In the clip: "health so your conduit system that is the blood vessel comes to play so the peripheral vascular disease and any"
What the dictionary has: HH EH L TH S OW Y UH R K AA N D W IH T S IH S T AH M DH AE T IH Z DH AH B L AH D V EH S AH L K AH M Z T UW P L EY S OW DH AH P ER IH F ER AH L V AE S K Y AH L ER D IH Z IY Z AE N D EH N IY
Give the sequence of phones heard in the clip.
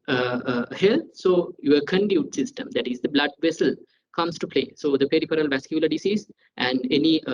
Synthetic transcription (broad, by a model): HH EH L S OW Y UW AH K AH N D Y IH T S IH S T AH M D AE T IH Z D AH B L AH D V EH S AH L K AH M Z T UW P L EY S OW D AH P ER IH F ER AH L V AE S K Y AH L ER D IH S IY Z AE N D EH N IY